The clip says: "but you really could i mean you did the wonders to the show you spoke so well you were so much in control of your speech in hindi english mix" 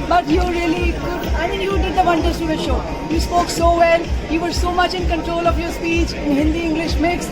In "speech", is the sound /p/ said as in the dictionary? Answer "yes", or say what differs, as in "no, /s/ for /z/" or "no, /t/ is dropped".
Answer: yes